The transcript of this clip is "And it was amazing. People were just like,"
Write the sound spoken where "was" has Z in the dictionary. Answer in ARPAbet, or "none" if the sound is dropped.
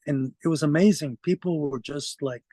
Z